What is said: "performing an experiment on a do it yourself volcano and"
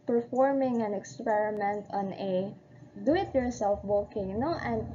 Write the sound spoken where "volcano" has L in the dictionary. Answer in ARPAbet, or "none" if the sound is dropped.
none